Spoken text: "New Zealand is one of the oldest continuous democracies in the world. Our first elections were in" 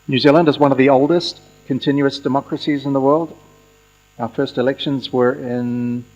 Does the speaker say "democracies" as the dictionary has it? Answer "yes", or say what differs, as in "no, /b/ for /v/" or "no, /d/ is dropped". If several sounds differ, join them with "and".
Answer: yes